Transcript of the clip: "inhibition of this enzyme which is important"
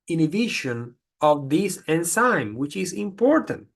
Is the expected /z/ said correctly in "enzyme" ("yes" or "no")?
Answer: no